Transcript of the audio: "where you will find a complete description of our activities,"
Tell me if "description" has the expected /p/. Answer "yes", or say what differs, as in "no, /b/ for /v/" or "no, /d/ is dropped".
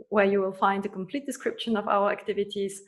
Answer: yes